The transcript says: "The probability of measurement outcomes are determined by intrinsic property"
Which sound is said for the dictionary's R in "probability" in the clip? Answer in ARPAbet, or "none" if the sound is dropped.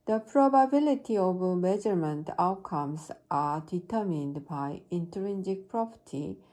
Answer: R